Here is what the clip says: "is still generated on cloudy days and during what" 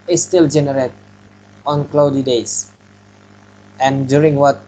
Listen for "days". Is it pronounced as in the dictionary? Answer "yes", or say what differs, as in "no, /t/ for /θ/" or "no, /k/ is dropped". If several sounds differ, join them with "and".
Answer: no, /s/ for /z/